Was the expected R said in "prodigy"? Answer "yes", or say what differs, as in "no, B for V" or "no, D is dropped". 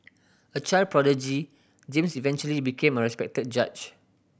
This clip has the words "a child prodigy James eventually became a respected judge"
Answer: yes